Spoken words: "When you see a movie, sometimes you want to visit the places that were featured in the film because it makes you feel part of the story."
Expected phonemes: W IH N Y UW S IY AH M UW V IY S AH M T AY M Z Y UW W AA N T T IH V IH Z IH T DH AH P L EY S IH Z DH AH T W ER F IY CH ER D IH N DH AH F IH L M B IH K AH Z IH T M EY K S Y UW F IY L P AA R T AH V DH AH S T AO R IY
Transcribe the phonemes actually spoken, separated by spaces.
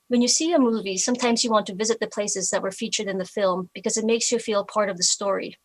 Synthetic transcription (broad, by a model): W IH N Y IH S IY AH M UW V IY S AH M T AY M Z Y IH W AA N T T IH V IH Z IH T DH AH P L EY S IH Z DH AH T W ER F IY CH ER D IH N DH AH F IH L M B IH K AH Z IH T M EY K S Y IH F IY L P AA R T AH V DH AH S T AO R IY